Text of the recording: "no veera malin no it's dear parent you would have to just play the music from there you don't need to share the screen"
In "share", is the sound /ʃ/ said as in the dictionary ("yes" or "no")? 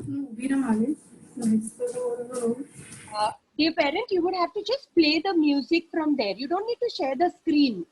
yes